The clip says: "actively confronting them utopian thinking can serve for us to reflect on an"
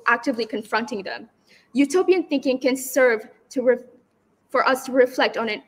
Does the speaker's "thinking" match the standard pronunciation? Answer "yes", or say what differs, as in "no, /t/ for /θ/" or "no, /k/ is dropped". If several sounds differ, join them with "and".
yes